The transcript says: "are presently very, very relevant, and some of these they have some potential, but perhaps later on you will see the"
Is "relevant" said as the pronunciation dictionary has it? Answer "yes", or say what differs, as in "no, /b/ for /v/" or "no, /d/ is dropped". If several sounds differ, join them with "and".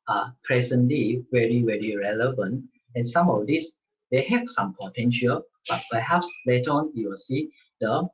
yes